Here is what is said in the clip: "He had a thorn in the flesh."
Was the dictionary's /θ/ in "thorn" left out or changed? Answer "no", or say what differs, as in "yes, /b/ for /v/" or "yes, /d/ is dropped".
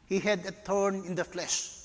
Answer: yes, /t/ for /θ/